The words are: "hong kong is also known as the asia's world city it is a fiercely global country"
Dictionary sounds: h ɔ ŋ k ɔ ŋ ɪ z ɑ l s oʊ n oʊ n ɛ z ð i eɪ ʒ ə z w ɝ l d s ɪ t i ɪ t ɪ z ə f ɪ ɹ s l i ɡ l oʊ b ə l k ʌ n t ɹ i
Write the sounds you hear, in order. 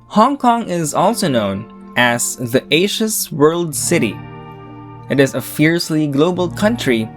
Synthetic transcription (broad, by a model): h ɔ ŋ k ɔ ŋ ɪ z ɑ l s oʊ n oʊ n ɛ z ð i eɪ ʃ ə s w ɝ l d s ɪ t i ɪ t ɪ z ə f ɪ ɹ s l i ɡ l oʊ b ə l k ʌ n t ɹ i